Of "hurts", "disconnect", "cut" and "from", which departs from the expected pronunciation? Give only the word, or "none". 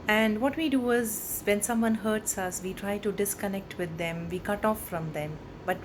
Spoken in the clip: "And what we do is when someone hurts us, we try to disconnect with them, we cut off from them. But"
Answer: none